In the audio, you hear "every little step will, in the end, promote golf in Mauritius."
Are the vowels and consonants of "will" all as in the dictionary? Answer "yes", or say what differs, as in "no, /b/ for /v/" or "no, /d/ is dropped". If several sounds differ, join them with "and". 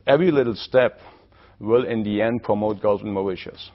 yes